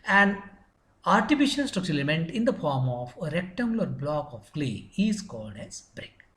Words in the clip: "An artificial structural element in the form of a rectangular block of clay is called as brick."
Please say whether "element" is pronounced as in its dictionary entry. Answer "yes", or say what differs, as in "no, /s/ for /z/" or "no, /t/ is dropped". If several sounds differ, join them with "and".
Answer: no, /l/ is dropped